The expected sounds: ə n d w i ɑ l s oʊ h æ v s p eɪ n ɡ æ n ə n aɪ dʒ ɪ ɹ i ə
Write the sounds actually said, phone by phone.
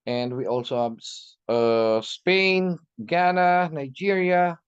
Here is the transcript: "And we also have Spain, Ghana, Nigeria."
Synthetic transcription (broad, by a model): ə n d w i ɑ l s oʊ h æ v s p eɪ n ɡ æ n ə n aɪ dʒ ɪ ɹ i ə